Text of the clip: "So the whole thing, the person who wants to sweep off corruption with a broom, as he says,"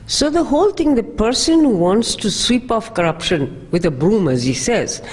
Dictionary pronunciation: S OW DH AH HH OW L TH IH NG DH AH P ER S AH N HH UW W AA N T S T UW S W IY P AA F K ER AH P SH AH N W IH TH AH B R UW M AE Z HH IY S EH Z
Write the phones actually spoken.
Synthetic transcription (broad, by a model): S OW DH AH HH OW L T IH NG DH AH P ER S AH N HH UW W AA N T S T UW S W IY P AA F K ER AH P SH AH N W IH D AH B R UW M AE Z HH IY S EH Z